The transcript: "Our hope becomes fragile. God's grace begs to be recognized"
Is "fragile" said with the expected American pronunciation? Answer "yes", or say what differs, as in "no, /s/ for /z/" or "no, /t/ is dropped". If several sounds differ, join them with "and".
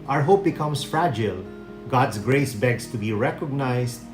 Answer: yes